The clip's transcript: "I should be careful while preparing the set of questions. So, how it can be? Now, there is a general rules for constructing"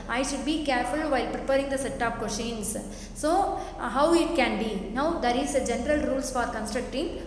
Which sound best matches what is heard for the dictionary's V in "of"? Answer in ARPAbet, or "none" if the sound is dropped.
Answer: P